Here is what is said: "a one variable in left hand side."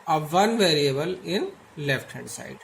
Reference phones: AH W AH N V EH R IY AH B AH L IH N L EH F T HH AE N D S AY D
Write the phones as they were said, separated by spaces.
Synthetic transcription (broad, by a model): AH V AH N V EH R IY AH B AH L IH N L EH F T HH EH D S AY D